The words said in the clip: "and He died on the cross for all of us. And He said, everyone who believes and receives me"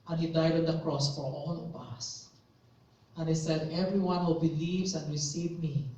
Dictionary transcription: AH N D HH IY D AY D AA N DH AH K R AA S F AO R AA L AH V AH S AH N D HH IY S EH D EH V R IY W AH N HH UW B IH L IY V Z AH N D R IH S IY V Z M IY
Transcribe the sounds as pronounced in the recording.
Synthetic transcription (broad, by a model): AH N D HH IY D AY D AA N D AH K R AA S F AO R AA L AH V AH S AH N HH IY S EH D EH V R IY W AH N HH UW B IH L IY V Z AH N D R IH S IY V M IY